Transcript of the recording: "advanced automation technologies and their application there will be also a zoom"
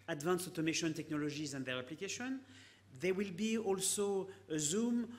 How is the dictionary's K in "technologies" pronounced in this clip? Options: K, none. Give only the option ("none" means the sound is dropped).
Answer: K